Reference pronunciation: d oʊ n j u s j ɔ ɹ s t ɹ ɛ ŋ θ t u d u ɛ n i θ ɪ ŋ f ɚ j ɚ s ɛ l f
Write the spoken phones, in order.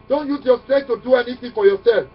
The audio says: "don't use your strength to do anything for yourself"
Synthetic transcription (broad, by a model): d oʊ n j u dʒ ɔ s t ɛ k t u d u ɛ n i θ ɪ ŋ f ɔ j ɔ s ɛ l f